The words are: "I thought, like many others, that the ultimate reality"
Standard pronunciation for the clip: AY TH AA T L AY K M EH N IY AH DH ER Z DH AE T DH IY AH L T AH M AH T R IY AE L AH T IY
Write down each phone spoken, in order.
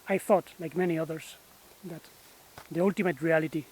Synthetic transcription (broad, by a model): AY TH AA T L AY K M EH N IY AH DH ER S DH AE T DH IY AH L T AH M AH T R IY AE L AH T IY